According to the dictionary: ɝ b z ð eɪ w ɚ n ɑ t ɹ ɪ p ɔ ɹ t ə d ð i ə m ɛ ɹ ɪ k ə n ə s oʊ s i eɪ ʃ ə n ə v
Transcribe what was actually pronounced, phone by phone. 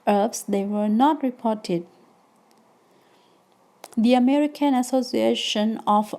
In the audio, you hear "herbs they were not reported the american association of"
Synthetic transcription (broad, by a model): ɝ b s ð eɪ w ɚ n ɑ t ɹ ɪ p ɔ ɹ t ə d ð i ə m ɛ ɹ ɪ k ə n ə s oʊ s i eɪ ʃ ə n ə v